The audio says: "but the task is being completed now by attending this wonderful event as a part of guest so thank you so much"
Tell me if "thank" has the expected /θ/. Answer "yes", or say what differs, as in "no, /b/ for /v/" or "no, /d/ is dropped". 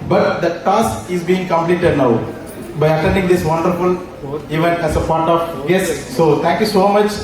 no, /t/ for /θ/